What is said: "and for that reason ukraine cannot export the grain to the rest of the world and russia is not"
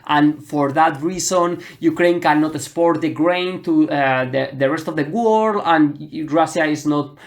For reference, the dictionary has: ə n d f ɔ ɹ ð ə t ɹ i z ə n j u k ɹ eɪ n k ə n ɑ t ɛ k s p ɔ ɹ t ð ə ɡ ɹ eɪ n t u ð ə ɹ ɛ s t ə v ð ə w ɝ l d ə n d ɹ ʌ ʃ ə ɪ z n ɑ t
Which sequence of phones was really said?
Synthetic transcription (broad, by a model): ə n f ɔ ɹ ð ə t ɹ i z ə n j u k ɹ eɪ n k ə n ɑ t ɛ s p ɔ ɹ t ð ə ɡ ɹ eɪ n t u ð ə ɹ ɛ s t ə v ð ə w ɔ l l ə n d ɹ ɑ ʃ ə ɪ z n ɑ t